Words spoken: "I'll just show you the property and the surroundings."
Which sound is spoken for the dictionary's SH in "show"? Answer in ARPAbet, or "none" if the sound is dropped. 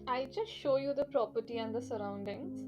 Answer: SH